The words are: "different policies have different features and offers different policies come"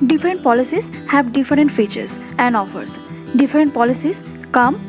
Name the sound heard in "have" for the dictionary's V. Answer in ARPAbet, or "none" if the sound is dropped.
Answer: B